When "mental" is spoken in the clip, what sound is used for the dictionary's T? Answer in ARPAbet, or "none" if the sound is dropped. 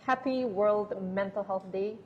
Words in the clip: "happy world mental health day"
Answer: T